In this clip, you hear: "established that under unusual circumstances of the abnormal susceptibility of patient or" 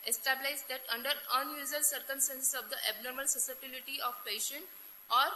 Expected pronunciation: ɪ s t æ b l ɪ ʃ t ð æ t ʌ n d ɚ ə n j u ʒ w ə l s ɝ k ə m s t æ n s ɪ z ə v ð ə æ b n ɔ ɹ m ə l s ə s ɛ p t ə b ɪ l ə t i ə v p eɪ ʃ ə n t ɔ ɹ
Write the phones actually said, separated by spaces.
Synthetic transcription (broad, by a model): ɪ s t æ b l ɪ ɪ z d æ t ʌ n d ɚ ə n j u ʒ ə l s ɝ k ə m s t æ n s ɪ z ə v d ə æ b n ɔ ɹ m ə l s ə s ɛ t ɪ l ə t i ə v p eɪ ʃ ə n t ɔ ɹ